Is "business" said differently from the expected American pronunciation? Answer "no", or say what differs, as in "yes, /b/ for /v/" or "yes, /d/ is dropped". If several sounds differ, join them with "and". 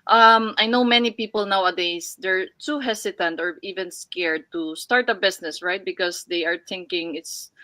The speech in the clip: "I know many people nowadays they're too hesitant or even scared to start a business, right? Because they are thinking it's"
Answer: yes, /s/ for /z/